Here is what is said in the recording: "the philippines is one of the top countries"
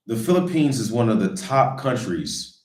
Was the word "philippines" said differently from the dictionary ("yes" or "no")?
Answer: no